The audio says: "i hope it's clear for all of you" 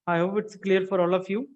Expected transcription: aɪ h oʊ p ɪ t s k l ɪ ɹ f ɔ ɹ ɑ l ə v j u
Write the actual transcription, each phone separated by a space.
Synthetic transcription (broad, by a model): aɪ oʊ ɪ t s k l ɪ ɹ f ɔ ɹ ɑ l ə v j u